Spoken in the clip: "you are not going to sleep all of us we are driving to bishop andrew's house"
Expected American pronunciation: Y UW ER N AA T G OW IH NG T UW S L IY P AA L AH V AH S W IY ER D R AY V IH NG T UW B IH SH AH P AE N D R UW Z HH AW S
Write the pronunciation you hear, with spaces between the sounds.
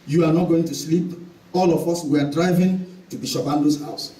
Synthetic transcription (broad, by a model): Y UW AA N AA T G OW IH NG T UW S L IY P AA L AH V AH S W IY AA D R AY V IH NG T UW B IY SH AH B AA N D UW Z HH AW S